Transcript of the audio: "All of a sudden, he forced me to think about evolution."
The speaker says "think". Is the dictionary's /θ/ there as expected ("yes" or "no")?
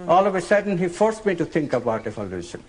no